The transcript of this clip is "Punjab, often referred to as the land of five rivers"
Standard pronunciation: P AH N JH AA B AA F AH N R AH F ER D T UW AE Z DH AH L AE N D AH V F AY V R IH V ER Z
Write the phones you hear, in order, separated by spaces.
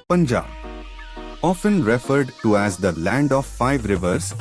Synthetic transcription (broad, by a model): P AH N JH AA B AA F AH N R AH F ER D T UW AE Z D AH L AE N D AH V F AY V R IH V ER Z